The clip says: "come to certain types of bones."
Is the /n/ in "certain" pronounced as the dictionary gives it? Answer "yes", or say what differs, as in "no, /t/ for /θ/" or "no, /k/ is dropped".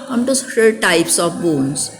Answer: no, /l/ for /n/